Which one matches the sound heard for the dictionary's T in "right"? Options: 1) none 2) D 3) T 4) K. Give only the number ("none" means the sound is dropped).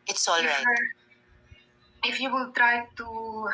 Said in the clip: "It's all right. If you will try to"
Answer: 1